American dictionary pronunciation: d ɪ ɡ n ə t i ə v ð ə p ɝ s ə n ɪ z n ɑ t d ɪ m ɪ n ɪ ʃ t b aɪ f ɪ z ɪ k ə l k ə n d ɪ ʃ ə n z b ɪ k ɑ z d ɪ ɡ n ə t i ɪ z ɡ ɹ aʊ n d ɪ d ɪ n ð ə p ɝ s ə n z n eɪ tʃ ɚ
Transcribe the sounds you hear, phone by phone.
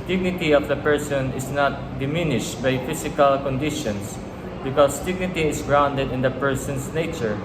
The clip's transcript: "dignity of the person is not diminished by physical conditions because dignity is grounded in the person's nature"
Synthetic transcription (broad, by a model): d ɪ ɡ n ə t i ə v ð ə p ɝ s ə n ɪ s n ɑ t d ɪ m ɪ n ɪ ʃ t b aɪ f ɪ s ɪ k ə l k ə n d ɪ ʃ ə n s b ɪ k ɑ s d ɪ ɡ n ə t i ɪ s ɡ ɹ aʊ n d ɪ d ɪ n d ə p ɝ s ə n s n eɪ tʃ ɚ